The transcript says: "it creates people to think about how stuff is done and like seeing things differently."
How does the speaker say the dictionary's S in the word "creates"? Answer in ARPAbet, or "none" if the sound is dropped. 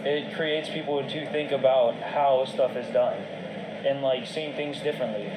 S